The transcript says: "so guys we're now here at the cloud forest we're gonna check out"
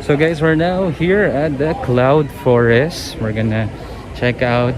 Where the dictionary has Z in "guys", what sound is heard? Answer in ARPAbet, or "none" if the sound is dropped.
S